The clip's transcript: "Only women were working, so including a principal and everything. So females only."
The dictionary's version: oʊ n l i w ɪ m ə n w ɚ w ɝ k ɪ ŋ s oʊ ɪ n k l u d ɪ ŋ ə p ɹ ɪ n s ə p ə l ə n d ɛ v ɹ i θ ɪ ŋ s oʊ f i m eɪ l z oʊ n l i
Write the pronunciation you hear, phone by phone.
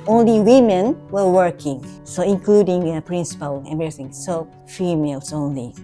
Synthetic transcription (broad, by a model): oʊ n l i w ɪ m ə n w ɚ w ɝ k ɪ ŋ s oʊ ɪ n k l u d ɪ ŋ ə p ɹ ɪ n s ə p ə l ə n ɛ ɹ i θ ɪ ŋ s oʊ f i m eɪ l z oʊ n l i